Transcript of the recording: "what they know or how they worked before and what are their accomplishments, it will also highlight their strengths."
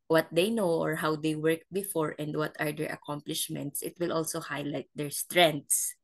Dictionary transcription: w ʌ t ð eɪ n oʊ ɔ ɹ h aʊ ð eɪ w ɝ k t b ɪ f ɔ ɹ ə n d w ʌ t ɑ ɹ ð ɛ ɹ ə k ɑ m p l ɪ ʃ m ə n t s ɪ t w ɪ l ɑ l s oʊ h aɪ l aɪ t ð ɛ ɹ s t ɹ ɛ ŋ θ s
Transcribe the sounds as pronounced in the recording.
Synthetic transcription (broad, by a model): w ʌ t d eɪ n oʊ ɔ ɹ h aʊ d eɪ w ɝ k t b ɪ f ɔ ɹ ə n d w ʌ t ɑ ɹ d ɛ ɹ ə k ɑ m p l ɪ ʃ m ə n t s ɪ t w ɪ l ɑ l s oʊ h aɪ l aɪ t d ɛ ɹ s t ɹ ɛ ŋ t s